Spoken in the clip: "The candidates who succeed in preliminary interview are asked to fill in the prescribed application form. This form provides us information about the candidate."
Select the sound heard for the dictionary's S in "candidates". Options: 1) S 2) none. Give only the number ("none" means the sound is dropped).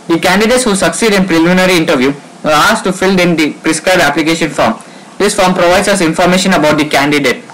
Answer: 1